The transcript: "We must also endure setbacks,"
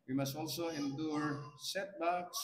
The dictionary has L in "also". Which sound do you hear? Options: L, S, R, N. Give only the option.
L